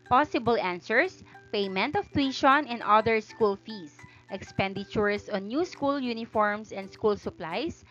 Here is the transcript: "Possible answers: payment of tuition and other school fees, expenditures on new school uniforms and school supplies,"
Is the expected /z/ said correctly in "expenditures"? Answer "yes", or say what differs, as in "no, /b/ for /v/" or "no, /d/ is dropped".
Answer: no, /s/ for /z/